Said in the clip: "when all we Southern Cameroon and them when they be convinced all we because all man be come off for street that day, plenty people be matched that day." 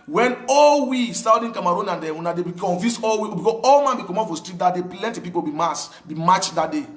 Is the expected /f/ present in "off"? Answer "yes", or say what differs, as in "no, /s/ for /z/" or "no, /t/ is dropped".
no, /p/ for /f/